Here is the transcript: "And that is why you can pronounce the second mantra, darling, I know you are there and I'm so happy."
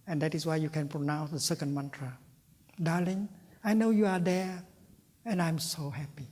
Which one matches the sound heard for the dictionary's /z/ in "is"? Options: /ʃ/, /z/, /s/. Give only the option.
/s/